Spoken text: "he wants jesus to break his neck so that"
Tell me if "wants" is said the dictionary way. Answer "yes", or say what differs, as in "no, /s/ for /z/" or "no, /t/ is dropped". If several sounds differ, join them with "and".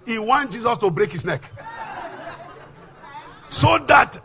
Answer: no, /s/ is dropped